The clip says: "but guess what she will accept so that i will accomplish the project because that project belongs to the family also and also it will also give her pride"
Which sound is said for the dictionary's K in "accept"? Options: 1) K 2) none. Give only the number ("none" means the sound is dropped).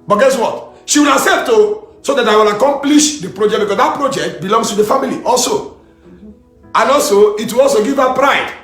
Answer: 2